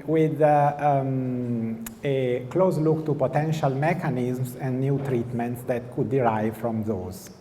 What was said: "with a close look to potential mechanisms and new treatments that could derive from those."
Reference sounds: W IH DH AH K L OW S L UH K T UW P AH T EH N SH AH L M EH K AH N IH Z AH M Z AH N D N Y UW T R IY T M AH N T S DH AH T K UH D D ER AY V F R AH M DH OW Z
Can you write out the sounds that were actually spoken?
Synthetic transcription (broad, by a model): W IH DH AH K L OW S L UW K T UW P AH T EH N SH AH L M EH K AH N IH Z M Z AH N D N Y UW T R IY T M AH N T S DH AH T K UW D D AY V F R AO M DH OW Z